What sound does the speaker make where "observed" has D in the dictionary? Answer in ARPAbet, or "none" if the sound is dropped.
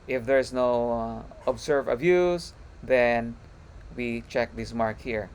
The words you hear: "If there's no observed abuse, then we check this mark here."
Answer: none